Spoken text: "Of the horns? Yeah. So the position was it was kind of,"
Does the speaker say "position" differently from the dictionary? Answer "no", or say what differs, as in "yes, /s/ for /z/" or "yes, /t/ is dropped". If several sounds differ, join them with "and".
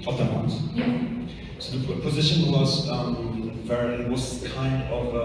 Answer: no